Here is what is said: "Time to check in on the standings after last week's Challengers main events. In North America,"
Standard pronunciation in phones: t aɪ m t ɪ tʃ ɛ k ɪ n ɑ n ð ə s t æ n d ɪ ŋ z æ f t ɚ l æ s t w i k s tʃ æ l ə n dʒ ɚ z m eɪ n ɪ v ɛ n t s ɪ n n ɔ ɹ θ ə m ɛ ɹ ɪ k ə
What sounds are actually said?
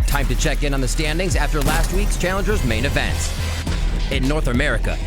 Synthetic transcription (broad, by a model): t aɪ m t ɪ tʃ ɛ k ɪ n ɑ n ð ə s t æ n d ɪ ŋ z æ f t ɚ l æ s t w i k s tʃ æ l ə n dʒ ɚ z m eɪ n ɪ v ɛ n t s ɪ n n ɔ ɹ θ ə m ɛ ɹ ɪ k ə